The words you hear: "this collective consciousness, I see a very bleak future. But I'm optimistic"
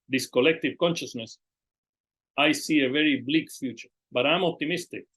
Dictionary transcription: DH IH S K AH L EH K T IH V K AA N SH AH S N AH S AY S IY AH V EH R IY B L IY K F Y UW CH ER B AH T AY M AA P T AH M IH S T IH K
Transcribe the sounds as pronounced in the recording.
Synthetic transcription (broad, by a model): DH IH S K AH L EH K T IH V K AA N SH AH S N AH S AY S IY AH V EH R IY B L IY K F Y UW CH ER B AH T AY M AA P T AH M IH S T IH K